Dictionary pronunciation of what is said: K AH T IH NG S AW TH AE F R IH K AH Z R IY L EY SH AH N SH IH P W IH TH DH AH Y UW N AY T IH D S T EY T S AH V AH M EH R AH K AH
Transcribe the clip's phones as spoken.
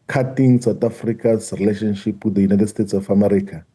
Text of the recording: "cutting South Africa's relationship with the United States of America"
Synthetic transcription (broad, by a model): K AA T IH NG S AW T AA F R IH K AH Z R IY L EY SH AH N SH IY P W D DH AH Y UW N AY T IH D S T EY T S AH F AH M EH R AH K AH